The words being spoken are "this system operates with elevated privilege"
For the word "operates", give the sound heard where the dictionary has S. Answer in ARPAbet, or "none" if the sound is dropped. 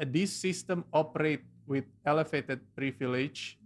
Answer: none